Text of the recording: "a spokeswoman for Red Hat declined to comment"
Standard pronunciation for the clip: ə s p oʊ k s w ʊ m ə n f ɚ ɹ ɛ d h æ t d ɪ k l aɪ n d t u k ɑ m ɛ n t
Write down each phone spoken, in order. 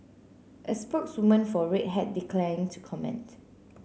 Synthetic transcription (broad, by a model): ə s p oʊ k s w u m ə n f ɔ ɹ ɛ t h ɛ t d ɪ k l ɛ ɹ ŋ t u k ɑ m ɛ n t